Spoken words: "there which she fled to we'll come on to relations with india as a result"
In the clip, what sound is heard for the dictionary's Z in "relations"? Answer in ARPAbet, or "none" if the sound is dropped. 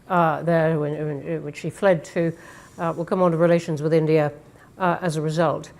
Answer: Z